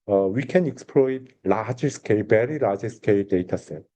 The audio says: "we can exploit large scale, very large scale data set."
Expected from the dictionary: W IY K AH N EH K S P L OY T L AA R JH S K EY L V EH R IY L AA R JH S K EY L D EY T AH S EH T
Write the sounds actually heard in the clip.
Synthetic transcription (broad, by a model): W IY K AH N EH K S P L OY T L AA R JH S K EY L B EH R IY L AA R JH S K EY L D EY T AH S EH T